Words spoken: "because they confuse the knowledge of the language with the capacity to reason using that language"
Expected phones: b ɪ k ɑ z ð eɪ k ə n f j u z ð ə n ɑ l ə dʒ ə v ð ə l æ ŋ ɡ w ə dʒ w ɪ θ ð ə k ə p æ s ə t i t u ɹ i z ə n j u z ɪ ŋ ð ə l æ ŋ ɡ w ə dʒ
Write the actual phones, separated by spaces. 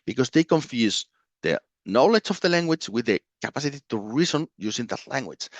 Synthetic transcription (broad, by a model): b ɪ k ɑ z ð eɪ k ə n f j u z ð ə n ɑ l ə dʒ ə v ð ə l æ ŋ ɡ w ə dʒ w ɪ ð ə k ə p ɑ s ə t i t u ɹ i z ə n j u s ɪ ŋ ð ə l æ ŋ ɡ w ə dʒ